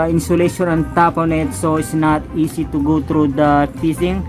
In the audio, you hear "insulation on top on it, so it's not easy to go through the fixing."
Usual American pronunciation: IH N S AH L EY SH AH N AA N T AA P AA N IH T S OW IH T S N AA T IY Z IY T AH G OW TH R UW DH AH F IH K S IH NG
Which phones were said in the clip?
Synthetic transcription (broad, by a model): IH N S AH L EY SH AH N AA N T AA P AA N IH T S OW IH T S N AA T IY S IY T AH G OW T R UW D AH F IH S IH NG